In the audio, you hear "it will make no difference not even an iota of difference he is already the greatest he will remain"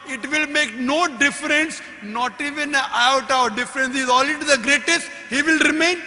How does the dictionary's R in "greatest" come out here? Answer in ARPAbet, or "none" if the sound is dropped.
R